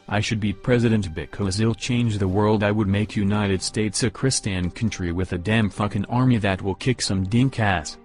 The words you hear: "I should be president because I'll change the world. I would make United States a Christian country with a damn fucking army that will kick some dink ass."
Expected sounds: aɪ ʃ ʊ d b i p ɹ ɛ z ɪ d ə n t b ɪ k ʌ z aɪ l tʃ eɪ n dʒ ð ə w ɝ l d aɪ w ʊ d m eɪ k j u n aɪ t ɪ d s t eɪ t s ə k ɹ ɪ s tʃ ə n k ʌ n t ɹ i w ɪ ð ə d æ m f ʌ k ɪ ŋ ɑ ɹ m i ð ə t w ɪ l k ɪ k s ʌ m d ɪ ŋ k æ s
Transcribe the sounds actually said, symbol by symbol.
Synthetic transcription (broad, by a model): aɪ ʃ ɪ d b i p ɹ ɛ z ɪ d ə n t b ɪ k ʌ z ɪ l tʃ eɪ n dʒ ð ə w ɝ l d aɪ w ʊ d m eɪ k j u n aɪ t ɪ d s t eɪ t s ə k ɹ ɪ s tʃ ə n k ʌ n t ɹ i w ɪ ð ə d æ m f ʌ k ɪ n ɑ ɹ m i ð ə t w ɪ l k ɪ k s ʌ m d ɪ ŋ k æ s